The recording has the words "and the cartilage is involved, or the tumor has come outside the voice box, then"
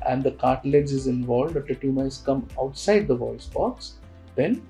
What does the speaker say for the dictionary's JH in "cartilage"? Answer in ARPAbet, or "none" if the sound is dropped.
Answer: Z